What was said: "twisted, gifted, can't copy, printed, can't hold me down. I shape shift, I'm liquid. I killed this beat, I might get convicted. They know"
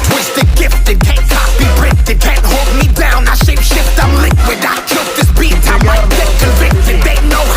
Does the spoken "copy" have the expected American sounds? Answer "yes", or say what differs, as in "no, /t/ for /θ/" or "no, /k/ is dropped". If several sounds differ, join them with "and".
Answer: no, /b/ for /p/